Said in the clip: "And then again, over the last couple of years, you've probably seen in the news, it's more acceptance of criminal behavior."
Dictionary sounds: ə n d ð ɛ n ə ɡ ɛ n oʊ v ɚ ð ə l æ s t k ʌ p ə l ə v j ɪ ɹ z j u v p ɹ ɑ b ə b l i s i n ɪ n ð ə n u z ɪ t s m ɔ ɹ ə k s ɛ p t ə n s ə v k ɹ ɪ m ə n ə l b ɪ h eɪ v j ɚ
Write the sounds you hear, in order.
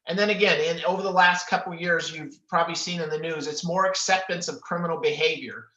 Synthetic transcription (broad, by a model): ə n ð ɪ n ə ɡ ɛ n oʊ v ɚ ð ə l æ s t k ʌ p l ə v j ɪ ɹ z j u v p ɹ ɑ b ə b l i s i n ɪ n ð ə n u z ɪ t s m ɔ ɹ ə k s ɛ p t ə n s ə v k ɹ ɪ m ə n l b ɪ h eɪ v j ɚ